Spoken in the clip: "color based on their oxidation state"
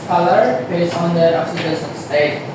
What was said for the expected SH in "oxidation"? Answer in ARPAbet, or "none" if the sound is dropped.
S